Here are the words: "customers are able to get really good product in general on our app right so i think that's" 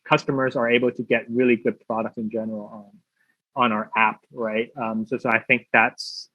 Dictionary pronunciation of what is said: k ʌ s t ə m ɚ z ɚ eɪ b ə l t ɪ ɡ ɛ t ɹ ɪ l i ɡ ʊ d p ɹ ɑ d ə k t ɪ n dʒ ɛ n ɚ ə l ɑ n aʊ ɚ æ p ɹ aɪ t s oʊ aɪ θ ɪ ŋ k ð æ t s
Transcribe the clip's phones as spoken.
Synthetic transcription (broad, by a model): k ʌ s t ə m ɚ z ɚ eɪ b l t ɪ ɡ ɛ t ɹ ɪ l i ɡ ʊ d p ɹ ɑ d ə k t ɪ n dʒ ɛ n ɚ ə n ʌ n aʊ ɚ æ p ɹ aɪ t s oʊ aɪ θ ɪ ŋ k ð æ t s